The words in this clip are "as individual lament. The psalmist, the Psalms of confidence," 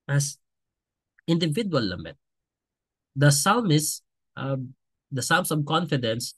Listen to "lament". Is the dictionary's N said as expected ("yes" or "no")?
no